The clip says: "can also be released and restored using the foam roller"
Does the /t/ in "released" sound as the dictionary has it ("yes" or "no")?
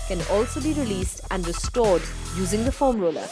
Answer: yes